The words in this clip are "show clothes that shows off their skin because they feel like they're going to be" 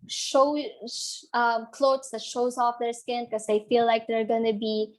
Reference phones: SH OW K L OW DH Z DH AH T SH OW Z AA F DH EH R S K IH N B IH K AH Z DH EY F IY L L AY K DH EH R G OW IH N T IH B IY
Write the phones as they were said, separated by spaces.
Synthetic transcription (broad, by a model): SH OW K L OW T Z DH AH T SH OW Z AA F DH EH R S K IH N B K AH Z DH EY F IY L L AY K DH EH R G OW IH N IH B IY